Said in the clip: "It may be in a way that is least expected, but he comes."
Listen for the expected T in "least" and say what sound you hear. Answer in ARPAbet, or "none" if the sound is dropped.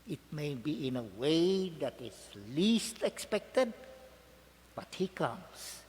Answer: T